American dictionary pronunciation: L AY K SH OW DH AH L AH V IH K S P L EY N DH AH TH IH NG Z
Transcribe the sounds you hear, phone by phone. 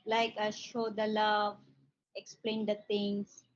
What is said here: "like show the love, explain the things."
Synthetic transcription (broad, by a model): L AY K SH OW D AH L AH V IH K S P L EY N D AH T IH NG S